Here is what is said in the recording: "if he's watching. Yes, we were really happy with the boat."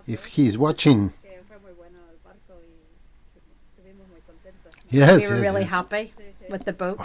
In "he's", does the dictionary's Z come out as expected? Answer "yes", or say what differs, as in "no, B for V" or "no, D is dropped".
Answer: yes